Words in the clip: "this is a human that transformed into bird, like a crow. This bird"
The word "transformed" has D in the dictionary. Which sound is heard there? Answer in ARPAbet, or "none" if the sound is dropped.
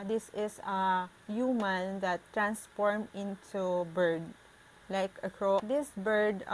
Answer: none